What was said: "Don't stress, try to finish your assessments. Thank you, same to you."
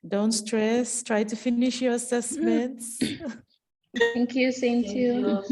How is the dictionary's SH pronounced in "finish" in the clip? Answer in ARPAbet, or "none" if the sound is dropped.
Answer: SH